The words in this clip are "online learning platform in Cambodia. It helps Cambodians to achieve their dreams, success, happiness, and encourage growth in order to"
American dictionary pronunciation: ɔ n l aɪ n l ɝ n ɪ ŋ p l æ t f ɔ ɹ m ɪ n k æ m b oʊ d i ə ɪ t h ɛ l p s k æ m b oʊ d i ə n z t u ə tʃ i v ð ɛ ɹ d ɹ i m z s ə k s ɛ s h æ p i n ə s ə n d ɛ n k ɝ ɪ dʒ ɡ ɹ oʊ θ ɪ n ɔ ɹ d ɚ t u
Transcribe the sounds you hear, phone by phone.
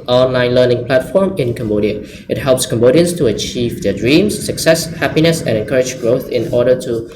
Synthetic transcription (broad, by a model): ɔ n l aɪ n l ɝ n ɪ ŋ p l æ t f ɔ ɹ m ɪ n k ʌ m b oʊ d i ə ɪ t h ɛ l p s k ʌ m b oʊ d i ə n s t u ə tʃ i v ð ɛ d ɹ i m s ə k s ɛ s h æ p i n ə s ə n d ɛ n k ɝ ɪ dʒ ɡ ɹ oʊ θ ɪ n ɔ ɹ d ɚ t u